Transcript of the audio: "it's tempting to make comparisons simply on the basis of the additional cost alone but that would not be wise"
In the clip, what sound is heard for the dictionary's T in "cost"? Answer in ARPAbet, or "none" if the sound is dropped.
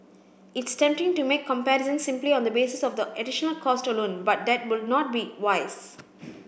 T